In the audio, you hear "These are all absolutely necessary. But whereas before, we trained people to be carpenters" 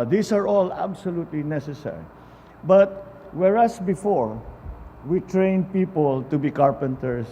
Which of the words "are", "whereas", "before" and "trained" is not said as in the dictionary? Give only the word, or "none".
whereas